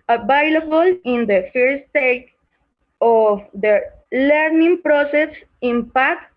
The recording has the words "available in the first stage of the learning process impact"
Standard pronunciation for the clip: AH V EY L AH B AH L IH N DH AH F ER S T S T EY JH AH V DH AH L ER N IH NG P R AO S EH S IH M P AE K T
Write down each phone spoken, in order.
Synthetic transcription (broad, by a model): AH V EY L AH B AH L IH N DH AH F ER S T S T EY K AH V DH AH L ER N IH NG P R AO S EH S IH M P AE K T